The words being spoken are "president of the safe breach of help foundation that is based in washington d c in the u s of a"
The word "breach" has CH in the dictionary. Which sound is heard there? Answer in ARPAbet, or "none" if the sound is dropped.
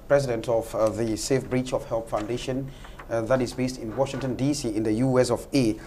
CH